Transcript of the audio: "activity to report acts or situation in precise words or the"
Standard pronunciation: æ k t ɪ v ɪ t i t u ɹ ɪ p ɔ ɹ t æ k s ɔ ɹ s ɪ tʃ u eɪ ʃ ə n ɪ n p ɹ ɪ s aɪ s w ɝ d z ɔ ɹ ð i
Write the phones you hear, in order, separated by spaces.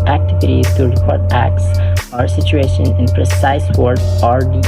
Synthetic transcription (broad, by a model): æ k t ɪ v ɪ t i t u ɹ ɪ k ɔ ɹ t æ k s ɔ ɹ s ɪ tʃ u eɪ ʃ ə n ɪ n p ɹ ɪ s aɪ s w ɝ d ɔ ɹ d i